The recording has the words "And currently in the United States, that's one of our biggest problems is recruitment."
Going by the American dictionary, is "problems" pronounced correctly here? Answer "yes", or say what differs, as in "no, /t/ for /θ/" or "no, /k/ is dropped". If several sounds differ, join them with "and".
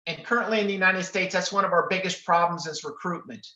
yes